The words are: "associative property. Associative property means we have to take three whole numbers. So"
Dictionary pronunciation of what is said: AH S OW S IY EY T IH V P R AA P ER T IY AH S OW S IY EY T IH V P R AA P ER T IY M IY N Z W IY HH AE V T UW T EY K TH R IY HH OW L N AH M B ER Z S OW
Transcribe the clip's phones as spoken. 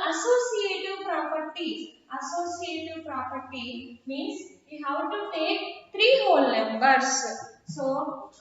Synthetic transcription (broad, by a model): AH S OW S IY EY T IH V P R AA P ER T IY AH S OW S IY EY T IH V P R AA P ER T IY M IY N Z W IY HH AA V T UW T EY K T R IY HH OW L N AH M B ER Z S OW